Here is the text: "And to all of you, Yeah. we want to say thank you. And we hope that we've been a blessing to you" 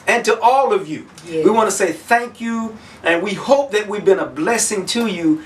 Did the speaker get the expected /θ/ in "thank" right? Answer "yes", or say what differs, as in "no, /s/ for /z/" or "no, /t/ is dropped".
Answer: yes